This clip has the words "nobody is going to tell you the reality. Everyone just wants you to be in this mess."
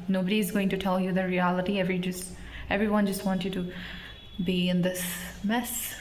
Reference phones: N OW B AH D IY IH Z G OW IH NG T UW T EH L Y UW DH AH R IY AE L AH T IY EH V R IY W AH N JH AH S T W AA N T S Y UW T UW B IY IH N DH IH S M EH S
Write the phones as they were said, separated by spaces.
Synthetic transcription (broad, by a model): N OW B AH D IY IH Z G OW IH NG T UW T EH L Y UW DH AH R IY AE L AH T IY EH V R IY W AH N JH AH S T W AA N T Y UW T UW B IY IH N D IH S M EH S